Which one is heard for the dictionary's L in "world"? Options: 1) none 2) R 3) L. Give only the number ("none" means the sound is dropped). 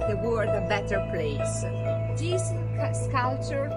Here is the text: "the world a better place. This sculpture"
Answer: 1